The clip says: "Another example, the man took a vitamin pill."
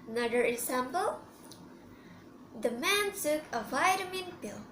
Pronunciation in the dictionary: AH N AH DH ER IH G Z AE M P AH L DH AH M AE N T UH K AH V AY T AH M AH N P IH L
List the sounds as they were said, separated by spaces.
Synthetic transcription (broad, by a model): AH N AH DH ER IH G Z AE M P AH L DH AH M AE N S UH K AH V AY T AH M AH N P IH L